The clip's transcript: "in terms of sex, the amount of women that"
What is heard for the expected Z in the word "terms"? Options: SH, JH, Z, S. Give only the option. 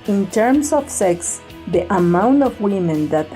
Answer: S